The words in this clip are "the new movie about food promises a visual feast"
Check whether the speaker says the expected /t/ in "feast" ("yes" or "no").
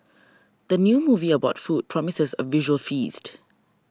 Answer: yes